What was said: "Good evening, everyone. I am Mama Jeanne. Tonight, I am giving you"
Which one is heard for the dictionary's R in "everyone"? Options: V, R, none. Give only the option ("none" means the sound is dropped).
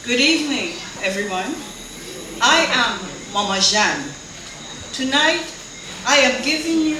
R